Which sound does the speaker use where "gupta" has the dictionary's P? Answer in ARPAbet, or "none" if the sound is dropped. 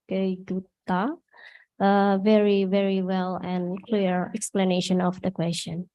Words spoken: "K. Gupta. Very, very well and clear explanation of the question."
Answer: none